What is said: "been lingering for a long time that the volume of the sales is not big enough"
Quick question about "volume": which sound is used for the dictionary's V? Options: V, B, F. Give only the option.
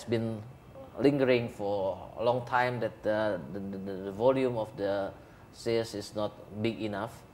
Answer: V